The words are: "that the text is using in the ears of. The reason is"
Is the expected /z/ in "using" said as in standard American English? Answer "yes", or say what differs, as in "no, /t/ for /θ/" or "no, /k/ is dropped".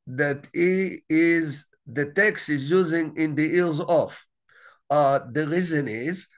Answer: yes